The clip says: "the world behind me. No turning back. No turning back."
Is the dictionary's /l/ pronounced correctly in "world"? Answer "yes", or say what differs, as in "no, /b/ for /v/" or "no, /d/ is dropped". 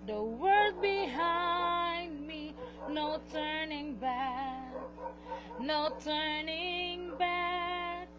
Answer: no, /l/ is dropped